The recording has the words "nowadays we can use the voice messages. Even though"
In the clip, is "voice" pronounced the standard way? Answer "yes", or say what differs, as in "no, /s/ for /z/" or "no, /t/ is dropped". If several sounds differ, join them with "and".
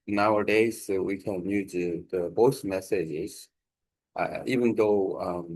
no, /b/ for /v/